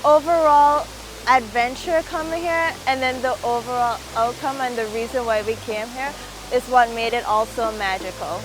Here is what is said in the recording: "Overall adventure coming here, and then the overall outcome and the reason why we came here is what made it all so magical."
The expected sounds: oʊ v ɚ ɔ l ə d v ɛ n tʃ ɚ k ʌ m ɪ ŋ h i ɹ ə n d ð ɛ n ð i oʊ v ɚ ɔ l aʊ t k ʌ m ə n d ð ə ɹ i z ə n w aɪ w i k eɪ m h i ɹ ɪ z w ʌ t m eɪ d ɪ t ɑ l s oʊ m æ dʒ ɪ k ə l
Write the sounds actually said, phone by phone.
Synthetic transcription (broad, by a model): oʊ v ɚ ɔ l ə d v ɛ n tʃ ɚ k ʌ m ɪ ŋ h i ɹ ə n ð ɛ n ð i oʊ v ɚ ɔ l aʊ t k ʌ m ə n ð ə ɹ i z ə n w aɪ w i k eɪ m h i ɹ ɪ z w ʌ t m eɪ d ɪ t ɑ l s oʊ m æ dʒ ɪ k l